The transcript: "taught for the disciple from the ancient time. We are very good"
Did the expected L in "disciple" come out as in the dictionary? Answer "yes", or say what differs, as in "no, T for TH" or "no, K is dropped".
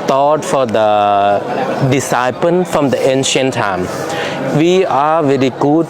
no, N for L